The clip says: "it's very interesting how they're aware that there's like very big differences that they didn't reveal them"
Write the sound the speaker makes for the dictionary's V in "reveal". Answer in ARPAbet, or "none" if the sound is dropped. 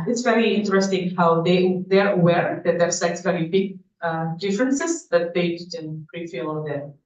F